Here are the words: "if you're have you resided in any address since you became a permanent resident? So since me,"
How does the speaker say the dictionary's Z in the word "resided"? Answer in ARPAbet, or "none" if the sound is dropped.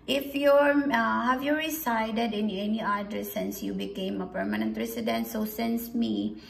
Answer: S